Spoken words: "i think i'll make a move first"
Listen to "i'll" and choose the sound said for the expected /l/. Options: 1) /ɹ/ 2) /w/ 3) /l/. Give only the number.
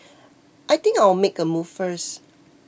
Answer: 2